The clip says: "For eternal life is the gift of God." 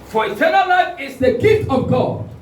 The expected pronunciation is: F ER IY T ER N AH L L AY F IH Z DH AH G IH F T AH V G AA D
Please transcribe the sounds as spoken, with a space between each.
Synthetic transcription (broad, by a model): F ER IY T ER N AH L L AY F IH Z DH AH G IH T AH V G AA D